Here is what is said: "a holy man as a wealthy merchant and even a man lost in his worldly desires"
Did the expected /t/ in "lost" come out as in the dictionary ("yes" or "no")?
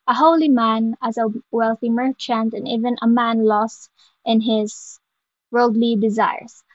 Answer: yes